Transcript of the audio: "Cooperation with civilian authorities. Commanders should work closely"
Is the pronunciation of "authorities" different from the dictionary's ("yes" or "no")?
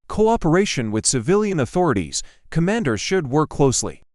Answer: no